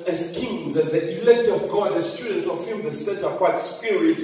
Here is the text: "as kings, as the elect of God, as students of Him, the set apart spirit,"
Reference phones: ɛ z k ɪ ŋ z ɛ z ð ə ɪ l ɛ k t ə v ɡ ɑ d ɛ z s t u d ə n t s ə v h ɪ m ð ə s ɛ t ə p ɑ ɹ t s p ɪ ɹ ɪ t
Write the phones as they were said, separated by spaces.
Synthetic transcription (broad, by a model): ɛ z k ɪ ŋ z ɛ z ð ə ɪ l ɛ k t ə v ɡ ɑ d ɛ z s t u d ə n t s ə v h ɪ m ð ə s ɛ t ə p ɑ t s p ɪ ɹ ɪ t